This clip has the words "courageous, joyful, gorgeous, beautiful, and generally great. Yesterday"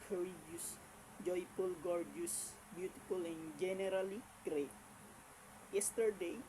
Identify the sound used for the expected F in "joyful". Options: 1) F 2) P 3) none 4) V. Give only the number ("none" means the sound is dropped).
2